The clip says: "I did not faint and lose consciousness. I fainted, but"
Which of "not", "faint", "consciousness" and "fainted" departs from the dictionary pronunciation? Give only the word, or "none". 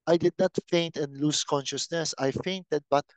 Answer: none